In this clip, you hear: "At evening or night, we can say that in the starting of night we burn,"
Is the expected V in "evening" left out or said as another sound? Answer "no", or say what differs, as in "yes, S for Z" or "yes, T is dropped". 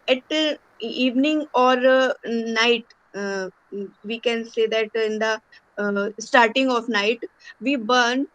no